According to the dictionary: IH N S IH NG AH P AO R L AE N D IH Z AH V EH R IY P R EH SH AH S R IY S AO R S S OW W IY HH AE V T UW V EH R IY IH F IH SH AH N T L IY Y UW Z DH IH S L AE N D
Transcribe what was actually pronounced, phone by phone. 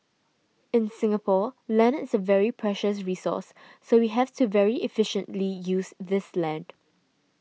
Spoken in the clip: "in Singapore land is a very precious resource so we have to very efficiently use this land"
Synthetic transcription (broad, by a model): IH N S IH NG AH P AO L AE N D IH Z AH V EH R IY P R EH SH AH S R IY S AO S S OW W IY HH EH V T UW V EH R IY IH F IH SH AH N T L IY Y UW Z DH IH S L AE N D